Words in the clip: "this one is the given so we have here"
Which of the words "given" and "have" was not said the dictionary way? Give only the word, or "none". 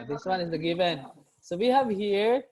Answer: none